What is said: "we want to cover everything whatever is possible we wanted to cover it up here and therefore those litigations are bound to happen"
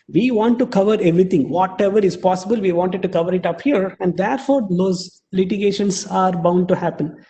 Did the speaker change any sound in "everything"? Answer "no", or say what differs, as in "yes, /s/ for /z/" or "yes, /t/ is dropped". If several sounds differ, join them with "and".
yes, /t/ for /θ/